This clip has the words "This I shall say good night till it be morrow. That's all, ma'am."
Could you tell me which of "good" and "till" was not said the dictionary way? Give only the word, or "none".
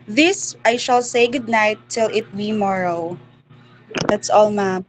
none